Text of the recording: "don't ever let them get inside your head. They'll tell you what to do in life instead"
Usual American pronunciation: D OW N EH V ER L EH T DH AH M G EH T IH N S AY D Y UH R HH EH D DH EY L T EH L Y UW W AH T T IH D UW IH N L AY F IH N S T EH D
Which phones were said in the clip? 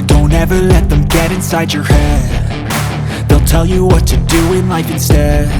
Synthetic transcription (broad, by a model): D OW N EH V ER L EH T DH AH M G EH T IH N S AY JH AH R HH EH D DH EY L T EH L Y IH W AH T T IH D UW IH N L AY F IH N S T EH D